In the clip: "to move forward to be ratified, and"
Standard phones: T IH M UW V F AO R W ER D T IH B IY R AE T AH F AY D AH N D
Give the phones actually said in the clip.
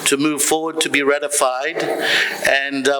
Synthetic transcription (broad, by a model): T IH M UW V F AO R W ER D T IH B IY R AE T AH F AY D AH N